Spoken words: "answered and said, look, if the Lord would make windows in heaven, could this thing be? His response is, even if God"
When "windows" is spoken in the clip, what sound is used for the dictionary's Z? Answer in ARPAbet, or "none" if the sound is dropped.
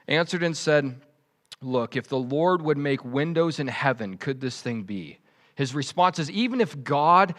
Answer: Z